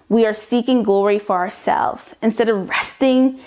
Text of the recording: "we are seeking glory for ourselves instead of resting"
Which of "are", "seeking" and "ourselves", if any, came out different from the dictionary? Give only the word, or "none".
none